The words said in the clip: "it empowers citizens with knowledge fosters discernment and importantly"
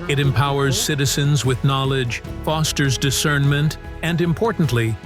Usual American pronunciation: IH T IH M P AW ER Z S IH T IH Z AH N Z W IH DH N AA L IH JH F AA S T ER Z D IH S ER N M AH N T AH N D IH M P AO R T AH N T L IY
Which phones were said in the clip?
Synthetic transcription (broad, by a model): IH T IH M P AW ER Z S IH T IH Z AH N Z W IH DH N AA L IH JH F AA S T ER Z D IH S ER N M AH N T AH N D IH M P AO R T N T L IY